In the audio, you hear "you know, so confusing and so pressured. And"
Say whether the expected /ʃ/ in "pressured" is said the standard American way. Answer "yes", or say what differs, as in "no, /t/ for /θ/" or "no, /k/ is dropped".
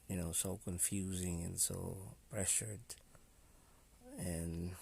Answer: yes